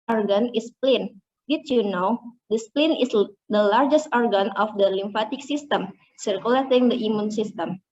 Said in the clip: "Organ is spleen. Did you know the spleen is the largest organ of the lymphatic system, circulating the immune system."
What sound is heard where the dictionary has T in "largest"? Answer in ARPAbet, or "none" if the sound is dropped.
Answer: T